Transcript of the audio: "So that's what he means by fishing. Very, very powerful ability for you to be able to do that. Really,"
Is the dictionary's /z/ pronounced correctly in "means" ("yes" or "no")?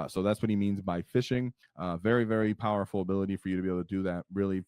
yes